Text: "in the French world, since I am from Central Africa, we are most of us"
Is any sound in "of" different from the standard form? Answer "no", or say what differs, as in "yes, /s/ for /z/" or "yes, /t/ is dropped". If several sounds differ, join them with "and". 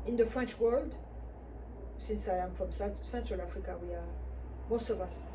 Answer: no